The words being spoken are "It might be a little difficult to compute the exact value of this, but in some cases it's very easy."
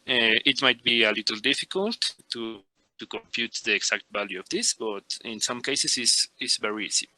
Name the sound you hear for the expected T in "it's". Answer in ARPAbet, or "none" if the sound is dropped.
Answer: S